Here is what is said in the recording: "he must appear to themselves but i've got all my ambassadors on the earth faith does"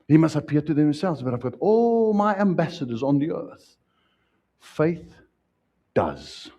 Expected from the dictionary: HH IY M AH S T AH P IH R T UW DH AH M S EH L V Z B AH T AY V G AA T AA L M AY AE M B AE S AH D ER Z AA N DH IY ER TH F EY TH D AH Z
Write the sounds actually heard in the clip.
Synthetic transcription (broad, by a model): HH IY M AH S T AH P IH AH T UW DH AH M S EH L V Z B AH T AY V G AA T AA L M AY AE M B AE S AH D ER Z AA N DH IY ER TH F EY TH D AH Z